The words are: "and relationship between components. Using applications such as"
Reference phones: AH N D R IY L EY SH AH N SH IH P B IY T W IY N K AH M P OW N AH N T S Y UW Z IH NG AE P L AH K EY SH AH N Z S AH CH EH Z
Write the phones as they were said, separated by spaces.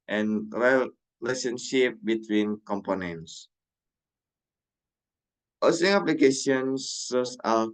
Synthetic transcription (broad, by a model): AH N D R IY L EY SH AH N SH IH P B IY T W IY N K AH M P OW N AH N T S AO S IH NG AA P L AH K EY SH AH N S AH S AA